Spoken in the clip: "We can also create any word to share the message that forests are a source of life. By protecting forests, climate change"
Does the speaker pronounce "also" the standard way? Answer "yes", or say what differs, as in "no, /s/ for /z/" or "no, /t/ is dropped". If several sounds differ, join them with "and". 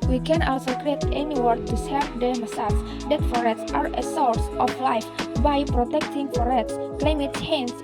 yes